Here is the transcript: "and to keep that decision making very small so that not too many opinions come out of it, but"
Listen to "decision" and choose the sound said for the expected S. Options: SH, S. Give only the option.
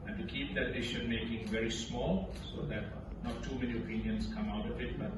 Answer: SH